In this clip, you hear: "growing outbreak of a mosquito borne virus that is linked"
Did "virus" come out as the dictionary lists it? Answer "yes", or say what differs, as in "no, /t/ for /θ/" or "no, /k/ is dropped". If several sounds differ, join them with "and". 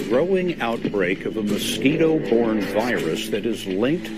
yes